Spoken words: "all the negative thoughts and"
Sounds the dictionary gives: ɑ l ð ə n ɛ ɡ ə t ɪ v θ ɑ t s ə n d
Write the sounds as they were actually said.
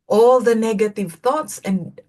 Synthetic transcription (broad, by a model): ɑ l ð ə n ɛ ɡ ə t ɪ v θ ɑ t s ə n